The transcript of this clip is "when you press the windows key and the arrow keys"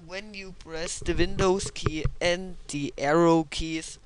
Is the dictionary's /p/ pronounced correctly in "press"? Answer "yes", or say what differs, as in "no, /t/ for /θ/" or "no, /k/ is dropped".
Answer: no, /b/ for /p/